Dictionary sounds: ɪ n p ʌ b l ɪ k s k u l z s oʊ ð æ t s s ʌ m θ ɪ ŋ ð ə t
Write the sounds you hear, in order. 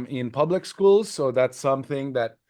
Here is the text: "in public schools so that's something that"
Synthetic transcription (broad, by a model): ɪ n p ʌ b l ɪ k s k u l z s oʊ ð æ t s s ʌ m θ ɪ ŋ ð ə t